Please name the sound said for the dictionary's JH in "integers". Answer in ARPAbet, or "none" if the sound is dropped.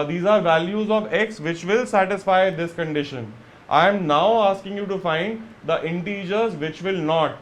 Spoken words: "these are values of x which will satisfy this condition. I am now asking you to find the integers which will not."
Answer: JH